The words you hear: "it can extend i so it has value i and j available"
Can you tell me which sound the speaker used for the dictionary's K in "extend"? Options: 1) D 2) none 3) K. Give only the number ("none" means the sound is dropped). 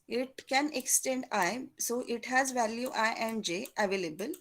3